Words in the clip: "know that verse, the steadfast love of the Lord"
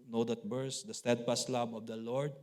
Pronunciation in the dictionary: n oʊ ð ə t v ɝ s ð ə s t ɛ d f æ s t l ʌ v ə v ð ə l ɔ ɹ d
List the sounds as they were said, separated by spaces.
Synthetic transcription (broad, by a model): n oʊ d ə t b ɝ s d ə s t ɛ d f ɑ s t l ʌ b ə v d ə l ɔ ɹ d